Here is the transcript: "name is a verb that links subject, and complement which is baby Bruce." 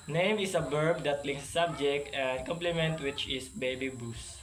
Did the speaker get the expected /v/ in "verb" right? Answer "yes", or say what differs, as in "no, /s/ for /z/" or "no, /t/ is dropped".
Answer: no, /b/ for /v/